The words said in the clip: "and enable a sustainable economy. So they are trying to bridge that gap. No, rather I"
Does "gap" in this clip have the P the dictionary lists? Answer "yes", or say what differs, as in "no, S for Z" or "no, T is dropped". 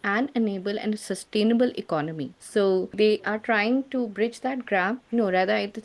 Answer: no, F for P